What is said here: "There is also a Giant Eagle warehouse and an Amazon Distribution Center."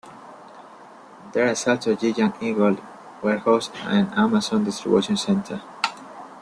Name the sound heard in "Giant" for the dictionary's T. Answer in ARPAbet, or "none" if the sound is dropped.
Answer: none